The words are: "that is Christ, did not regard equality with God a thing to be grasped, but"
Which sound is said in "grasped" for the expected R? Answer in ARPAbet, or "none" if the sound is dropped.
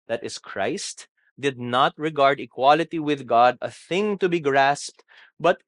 R